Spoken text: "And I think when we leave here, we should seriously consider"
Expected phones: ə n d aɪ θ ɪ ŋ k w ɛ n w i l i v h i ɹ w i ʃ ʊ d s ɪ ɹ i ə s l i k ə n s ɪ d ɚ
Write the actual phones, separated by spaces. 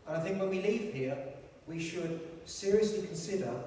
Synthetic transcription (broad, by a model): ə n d aɪ θ ɪ ŋ k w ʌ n w i l i v h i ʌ w i ʃ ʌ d s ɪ ɹ i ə s l i k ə n s ɪ d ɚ